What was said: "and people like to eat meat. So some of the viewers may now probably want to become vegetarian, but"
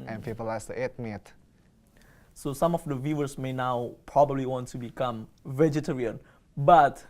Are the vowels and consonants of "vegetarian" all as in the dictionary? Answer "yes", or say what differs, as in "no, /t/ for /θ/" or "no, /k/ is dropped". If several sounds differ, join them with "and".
yes